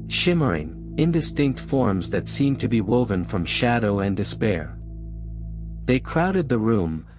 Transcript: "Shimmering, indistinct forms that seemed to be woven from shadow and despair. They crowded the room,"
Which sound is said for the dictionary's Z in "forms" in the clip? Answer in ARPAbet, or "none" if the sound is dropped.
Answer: Z